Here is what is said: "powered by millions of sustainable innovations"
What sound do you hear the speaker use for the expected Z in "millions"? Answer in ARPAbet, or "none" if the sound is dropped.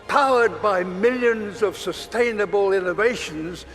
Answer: Z